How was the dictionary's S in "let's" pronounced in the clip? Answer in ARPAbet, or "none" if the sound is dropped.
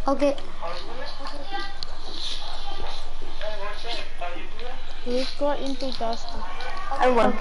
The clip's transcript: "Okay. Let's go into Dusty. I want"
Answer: none